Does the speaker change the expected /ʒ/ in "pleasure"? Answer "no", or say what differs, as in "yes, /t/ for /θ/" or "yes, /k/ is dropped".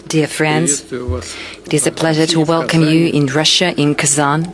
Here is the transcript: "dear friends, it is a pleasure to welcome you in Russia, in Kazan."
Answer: no